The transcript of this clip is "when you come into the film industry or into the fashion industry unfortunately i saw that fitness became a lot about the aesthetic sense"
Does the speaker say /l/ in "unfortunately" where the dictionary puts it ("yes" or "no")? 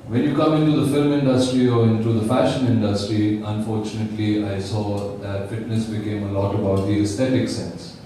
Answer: yes